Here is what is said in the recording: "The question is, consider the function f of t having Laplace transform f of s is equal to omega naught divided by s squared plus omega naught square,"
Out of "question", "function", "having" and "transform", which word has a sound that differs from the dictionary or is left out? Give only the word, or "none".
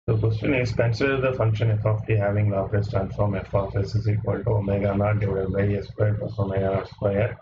none